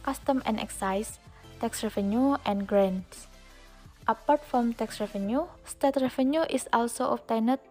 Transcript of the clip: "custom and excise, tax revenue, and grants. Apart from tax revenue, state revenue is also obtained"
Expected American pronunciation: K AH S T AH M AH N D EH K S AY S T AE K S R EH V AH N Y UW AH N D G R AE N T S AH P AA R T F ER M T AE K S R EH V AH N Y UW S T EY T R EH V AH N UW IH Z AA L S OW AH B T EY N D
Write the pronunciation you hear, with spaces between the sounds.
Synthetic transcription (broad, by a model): K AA S T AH M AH N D EH K S AY S T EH K S R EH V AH N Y UW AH N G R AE N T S AH P AA R T F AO M T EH K S R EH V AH N Y UW S T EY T R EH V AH N UW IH S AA L S OW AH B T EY N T